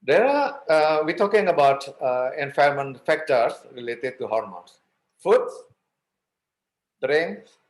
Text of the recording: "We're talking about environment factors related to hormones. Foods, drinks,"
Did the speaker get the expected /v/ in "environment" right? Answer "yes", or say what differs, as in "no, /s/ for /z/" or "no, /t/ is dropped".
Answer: no, /f/ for /v/